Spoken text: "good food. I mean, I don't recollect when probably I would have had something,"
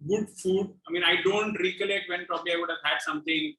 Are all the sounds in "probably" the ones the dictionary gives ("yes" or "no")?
yes